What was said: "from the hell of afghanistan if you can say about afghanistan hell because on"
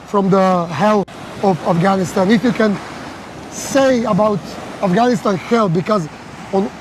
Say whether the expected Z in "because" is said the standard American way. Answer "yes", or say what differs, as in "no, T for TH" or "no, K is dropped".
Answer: yes